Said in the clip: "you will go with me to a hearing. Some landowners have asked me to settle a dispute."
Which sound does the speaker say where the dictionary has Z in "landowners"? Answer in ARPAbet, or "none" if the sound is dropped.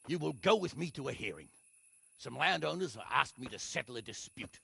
Z